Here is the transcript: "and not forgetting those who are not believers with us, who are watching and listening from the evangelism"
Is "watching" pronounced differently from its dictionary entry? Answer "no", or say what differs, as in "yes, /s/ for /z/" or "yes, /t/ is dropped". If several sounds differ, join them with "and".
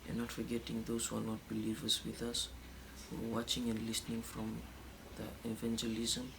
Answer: no